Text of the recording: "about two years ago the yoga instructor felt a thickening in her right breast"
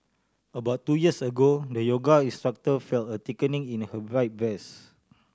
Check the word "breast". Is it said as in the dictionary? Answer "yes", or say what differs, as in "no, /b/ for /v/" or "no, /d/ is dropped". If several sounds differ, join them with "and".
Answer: no, /ɹ/ is dropped and /t/ is dropped